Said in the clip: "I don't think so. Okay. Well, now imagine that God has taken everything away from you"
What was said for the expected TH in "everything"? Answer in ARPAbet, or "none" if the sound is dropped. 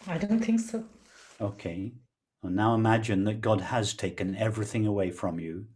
TH